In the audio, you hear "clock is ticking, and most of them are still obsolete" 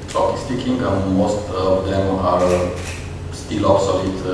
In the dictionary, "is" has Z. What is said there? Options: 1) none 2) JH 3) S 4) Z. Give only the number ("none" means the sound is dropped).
3